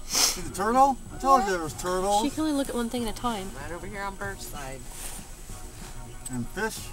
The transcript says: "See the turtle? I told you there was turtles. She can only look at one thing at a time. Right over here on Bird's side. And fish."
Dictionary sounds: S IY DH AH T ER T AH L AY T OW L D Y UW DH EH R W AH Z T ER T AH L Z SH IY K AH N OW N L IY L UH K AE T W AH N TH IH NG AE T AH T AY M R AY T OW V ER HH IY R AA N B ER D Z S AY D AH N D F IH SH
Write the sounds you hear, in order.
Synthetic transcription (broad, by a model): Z DH AH T ER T L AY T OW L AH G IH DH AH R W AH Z T ER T L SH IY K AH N OW N L IY L UH K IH T W AH N TH IH NG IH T AH T AY M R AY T OW V ER HH IY R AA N B ER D S AY D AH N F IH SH